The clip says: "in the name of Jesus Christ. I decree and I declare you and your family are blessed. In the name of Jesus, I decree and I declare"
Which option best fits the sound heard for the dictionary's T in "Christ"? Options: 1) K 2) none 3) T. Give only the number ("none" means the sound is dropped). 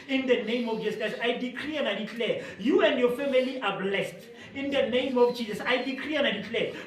2